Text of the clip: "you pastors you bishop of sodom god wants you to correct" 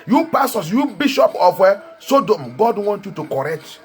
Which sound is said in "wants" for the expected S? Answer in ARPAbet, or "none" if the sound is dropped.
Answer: none